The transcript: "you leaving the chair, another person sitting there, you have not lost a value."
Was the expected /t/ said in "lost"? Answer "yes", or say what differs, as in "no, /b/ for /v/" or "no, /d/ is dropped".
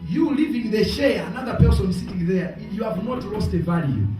yes